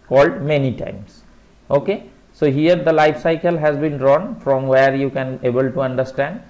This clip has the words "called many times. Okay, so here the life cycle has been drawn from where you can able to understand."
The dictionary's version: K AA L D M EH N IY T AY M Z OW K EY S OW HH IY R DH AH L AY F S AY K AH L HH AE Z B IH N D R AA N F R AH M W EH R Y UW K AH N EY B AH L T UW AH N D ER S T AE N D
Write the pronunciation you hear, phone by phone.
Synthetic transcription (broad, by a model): K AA L D M EH N IY T AY M S OW K EY S OW HH IY R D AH L AY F S AY K AH L HH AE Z B IH N D R AA N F R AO M W EH R Y UW K AH N EY B AH L T UW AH N D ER S T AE N D